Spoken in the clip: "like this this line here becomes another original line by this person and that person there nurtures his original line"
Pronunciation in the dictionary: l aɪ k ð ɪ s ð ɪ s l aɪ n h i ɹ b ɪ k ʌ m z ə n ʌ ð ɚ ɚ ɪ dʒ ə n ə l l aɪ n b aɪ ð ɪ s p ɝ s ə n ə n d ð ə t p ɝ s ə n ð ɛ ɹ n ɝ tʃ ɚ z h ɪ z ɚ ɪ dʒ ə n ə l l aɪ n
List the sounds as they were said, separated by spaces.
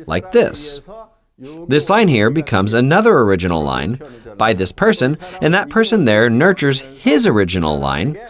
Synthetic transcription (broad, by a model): l aɪ k ð ɪ s ð ɪ s l aɪ n h i ɹ b ɪ k ʌ m z ə n ʌ ð ɚ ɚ ɪ dʒ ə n l l aɪ n b aɪ ð ɪ s p ɝ s ə n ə n ð ə t p ɝ s ə n ð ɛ ɹ n ɝ tʃ ɚ z h ɪ z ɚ ɪ dʒ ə n l l aɪ n